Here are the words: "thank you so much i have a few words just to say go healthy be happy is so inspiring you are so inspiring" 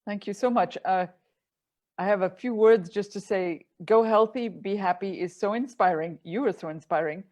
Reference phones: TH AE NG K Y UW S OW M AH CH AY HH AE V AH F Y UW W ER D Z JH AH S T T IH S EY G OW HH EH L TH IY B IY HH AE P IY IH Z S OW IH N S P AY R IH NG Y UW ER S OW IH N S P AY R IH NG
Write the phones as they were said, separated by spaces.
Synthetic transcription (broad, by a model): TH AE NG K Y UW S OW M AH CH AY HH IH V AH F Y UW W ER D Z JH AH S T T IH S EY G OW HH EH L TH IY B IY HH AE P IY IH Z S OW IH N S P AY R IH NG Y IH ER S OW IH N S P AY R IH NG